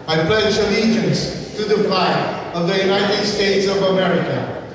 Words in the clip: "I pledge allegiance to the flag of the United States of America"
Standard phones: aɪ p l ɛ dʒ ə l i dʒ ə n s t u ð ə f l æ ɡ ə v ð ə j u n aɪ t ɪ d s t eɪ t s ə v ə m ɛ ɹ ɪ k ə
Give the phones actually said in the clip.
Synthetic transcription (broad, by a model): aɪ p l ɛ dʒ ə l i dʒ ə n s t u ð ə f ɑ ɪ ə v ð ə j u n aɪ t ɪ d s t eɪ t s ə v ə m ɛ ɹ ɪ k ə